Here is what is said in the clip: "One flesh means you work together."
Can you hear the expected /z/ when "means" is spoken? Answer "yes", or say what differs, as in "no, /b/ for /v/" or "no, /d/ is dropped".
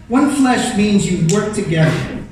yes